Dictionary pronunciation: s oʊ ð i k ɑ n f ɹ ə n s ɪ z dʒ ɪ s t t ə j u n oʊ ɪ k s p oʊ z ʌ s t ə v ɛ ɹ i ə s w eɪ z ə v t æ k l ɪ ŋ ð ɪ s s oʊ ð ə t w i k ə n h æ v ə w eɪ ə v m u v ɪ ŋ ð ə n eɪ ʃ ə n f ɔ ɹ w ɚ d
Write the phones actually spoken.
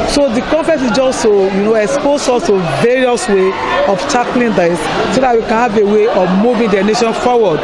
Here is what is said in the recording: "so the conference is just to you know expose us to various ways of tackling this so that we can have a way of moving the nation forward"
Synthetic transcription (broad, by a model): s oʊ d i k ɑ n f ə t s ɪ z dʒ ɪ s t t ə j u n oʊ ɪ k s p oʊ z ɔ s t ə v ɛ ɹ i ə s w eɪ ə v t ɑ k l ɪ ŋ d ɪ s s oʊ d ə t w i k ə n h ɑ v ə w eɪ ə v m u v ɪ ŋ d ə n eɪ ʃ ə n f ɔ w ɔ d